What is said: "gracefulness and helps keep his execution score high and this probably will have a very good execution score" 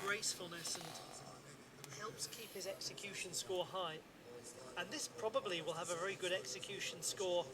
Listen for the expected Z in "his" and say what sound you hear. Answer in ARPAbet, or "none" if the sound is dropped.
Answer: Z